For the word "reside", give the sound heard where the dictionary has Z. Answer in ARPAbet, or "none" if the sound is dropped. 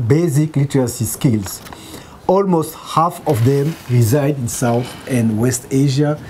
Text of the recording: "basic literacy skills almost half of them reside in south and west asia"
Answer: Z